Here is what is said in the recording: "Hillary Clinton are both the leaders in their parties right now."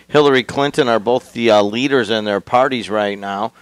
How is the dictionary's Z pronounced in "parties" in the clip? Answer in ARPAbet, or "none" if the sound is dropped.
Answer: Z